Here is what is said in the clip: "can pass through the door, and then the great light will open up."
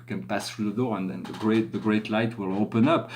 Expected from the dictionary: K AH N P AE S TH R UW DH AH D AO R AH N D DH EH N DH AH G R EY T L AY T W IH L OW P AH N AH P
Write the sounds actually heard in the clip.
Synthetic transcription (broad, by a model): K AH N P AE S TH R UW DH AH D AO R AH N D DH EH N DH AH G R EY T L AY T W IH L OW P AH N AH P